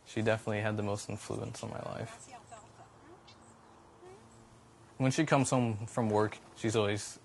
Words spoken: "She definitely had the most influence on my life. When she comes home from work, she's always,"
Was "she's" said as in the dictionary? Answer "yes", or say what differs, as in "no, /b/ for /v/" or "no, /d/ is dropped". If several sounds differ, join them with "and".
yes